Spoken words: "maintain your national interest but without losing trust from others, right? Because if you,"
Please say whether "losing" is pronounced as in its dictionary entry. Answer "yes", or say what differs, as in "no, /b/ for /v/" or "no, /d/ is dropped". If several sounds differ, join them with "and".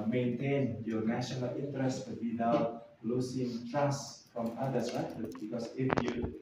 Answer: no, /s/ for /z/